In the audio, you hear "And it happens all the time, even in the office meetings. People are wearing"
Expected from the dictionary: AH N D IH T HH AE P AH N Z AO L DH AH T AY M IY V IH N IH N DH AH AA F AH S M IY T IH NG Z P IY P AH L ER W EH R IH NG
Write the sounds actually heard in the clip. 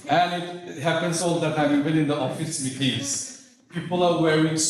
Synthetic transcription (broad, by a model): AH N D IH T HH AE B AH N S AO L DH AH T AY IY W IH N IH N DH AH AA F AH S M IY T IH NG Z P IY P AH L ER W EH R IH